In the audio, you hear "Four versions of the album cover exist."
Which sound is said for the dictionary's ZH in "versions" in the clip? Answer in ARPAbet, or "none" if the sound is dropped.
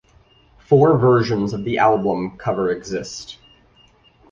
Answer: ZH